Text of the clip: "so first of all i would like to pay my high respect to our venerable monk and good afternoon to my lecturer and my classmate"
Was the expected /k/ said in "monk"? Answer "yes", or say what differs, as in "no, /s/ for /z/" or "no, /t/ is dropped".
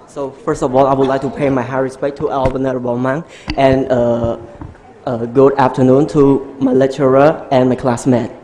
no, /k/ is dropped